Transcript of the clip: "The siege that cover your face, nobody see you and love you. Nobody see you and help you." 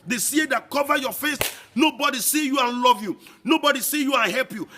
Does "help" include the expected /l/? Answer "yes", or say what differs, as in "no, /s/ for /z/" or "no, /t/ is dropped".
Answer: yes